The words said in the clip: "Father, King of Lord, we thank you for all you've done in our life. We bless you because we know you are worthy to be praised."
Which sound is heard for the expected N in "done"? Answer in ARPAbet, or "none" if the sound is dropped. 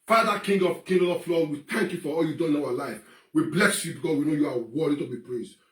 none